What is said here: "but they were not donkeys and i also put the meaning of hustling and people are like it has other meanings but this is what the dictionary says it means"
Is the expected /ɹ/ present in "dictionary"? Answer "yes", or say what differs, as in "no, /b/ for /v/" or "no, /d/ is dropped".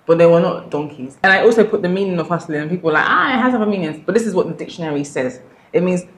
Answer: yes